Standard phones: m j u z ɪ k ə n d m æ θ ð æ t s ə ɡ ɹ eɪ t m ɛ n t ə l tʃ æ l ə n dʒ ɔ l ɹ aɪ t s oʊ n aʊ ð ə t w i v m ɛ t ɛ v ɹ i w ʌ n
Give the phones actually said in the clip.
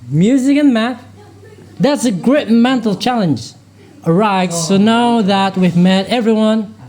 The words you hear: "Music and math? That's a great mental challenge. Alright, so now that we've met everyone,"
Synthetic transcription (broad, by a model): m j u z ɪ k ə n m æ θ ð æ t s ə ɡ ɹ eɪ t m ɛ n t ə l tʃ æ l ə n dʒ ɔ ɹ aɪ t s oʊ n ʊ ð ə t w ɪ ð m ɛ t ɛ v ɹ i w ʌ n